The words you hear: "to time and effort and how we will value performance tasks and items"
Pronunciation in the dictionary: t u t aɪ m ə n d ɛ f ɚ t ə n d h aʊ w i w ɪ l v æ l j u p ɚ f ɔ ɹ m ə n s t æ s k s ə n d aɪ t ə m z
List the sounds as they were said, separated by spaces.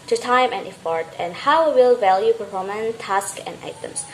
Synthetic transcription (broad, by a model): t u t aɪ m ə n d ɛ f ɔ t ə n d h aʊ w w ɪ l v æ l j u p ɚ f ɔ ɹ m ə n t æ s k ə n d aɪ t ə m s